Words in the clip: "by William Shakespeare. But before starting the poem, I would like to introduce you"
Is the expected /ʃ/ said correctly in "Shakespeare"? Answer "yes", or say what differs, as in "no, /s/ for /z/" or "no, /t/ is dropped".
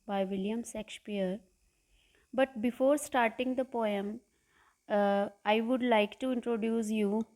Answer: no, /s/ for /ʃ/